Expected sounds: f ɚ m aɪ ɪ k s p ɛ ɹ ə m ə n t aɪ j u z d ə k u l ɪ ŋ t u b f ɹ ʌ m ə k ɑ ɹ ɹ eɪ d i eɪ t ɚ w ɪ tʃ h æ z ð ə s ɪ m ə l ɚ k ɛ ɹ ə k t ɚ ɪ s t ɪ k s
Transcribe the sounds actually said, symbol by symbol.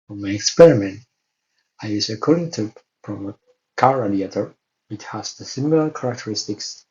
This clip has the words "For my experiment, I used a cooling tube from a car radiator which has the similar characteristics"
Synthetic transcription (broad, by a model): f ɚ m aɪ ɪ k s p ɛ ɹ ə m ə n t aɪ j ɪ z ə k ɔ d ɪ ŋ t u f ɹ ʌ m ə k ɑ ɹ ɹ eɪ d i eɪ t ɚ w ɪ tʃ h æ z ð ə s ɪ m ə l ɚ k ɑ ɹ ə k t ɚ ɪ s t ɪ k s